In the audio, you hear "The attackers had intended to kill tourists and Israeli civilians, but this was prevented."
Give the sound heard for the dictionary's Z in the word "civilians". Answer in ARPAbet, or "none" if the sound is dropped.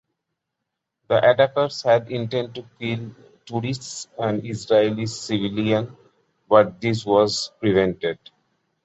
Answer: none